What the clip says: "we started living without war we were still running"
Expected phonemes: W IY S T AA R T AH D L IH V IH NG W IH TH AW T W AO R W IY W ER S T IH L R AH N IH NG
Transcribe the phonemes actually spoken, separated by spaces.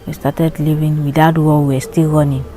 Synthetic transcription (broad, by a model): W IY S T AA T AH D L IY V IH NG W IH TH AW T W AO L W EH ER S T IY L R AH N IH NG